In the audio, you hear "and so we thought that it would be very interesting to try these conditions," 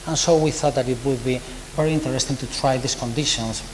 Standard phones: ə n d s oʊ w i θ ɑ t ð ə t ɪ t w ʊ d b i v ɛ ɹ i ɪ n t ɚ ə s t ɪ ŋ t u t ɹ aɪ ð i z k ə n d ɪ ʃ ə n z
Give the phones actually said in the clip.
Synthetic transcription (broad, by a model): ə n s oʊ w i θ ɑ t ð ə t ɪ t w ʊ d b i v ɛ ɹ i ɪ n t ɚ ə s t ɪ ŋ t u t ɹ aɪ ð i s k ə n d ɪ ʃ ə n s